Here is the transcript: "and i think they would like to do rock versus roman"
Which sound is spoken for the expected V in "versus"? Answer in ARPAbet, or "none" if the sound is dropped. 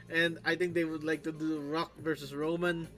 V